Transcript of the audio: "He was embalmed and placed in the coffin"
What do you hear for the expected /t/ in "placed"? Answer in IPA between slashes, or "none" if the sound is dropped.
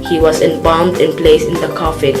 none